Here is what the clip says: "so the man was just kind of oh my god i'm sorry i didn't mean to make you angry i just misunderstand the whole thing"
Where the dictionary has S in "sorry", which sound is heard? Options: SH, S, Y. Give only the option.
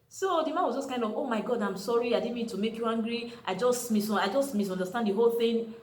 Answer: S